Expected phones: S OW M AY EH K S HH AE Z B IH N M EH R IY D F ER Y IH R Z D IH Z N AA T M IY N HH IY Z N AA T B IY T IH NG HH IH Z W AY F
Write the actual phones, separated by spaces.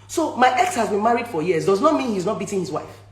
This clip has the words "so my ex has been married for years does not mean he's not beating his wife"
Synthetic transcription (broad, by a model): S OW M AY EH K S HH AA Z B IH N M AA R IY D F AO Y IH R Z D IH Z N AA T M IY N HH IY Z N AA T B IY T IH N HH IH Z W AY F